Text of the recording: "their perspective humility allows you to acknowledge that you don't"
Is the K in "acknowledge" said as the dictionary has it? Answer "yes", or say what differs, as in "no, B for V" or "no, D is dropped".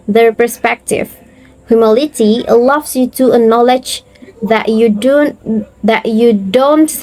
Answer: no, K is dropped